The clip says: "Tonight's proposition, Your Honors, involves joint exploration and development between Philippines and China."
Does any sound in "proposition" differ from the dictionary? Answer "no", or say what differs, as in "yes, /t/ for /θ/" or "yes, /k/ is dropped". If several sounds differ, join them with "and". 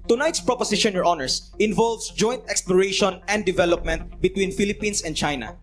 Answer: yes, /s/ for /z/